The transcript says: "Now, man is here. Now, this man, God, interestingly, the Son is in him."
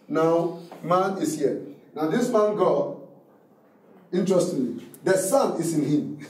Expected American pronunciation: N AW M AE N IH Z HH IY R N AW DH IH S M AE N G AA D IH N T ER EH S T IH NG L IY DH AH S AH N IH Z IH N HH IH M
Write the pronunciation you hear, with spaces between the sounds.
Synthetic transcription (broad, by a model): N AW M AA N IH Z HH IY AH N AW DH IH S M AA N G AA IH N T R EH S T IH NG L IY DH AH S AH N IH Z IH N HH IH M